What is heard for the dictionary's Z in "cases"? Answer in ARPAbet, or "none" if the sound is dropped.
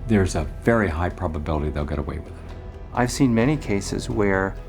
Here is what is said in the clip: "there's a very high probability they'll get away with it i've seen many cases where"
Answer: Z